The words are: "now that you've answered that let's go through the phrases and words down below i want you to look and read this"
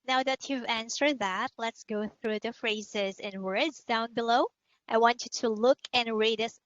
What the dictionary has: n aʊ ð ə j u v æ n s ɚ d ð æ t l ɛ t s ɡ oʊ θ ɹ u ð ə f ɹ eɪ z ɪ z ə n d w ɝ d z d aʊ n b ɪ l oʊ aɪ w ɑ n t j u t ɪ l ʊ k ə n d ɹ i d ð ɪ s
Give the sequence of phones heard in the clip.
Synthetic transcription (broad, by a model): n aʊ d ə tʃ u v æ n s ɚ ð æ t l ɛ t s ɡ oʊ θ ɹ u ð ə f ɹ eɪ z ɪ z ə n w ɝ d z d aʊ n b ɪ l oʊ aɪ w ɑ n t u t ɪ l ʊ k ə n ɹ i d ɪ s